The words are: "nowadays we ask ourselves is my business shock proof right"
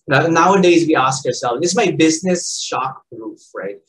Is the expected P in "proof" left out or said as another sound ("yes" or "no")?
yes